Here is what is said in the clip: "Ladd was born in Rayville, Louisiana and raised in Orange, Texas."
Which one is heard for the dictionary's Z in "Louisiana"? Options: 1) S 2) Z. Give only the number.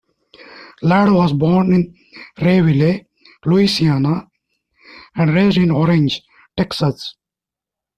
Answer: 1